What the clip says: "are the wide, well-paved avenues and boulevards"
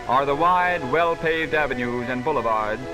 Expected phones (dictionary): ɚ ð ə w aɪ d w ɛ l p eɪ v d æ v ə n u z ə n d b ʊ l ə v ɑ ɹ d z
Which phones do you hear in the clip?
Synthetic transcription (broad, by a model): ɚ ð ə w aɪ d w ɛ l p eɪ v d æ v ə n u z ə n b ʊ l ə v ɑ ɹ d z